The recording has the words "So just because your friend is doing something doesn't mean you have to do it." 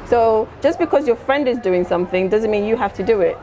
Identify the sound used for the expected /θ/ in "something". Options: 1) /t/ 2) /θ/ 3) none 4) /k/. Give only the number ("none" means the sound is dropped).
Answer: 2